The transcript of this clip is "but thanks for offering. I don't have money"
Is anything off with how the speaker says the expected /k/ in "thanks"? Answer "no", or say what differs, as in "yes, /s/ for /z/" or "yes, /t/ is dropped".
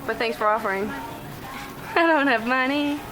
yes, /k/ is dropped